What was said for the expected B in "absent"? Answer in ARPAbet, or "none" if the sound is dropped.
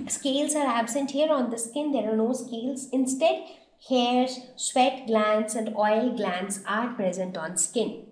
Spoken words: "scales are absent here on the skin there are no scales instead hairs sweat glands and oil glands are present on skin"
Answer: B